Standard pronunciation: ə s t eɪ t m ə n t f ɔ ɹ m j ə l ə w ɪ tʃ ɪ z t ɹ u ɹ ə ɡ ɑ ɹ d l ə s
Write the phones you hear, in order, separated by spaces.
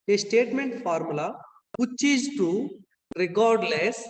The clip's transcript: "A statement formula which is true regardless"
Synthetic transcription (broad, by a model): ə s t eɪ t m ə n t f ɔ ɹ m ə l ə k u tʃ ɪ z t u ɹ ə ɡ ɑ ɹ d l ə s